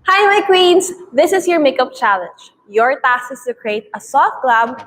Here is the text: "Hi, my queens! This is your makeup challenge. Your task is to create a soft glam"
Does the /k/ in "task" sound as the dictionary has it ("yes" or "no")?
no